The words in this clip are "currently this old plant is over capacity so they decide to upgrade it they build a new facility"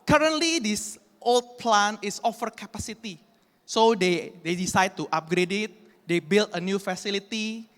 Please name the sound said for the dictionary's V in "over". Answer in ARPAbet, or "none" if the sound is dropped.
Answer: F